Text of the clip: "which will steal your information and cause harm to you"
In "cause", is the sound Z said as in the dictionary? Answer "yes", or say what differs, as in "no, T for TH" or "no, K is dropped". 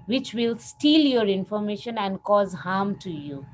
yes